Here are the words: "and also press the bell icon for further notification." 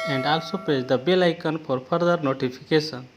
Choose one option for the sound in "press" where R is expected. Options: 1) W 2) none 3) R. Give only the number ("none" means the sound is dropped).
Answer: 2